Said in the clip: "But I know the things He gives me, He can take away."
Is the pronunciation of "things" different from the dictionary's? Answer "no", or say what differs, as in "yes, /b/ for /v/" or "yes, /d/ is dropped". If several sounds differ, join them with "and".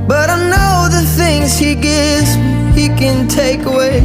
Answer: no